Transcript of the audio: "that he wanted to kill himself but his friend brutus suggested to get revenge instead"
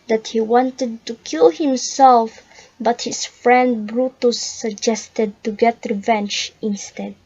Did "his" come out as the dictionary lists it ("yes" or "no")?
no